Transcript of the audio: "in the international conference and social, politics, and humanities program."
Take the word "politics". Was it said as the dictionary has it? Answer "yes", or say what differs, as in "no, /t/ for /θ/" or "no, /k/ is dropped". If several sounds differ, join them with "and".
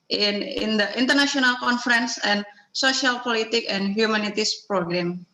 no, /s/ is dropped